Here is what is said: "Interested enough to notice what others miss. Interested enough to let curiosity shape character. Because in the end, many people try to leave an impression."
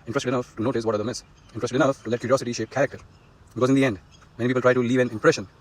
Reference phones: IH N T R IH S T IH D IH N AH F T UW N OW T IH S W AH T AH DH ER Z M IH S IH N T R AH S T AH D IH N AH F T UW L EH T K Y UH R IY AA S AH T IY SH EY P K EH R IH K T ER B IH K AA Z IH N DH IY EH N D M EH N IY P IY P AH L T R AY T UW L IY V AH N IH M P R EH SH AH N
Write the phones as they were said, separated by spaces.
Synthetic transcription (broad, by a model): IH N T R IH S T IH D IH N AH F T UW N OW T IH S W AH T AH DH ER M IH S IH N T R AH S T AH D IH N AH F T UW L EH T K Y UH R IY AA S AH T IY SH EY P K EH R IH K T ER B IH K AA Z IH N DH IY EH N D M EH N IY P IY P AH L T R AY T UW L IY V AH N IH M P R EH SH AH N